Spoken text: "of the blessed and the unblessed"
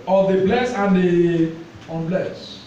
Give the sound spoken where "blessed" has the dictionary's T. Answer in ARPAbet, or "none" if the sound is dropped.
none